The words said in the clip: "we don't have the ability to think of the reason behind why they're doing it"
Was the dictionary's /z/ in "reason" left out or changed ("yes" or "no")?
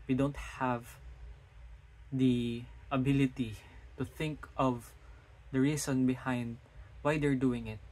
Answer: yes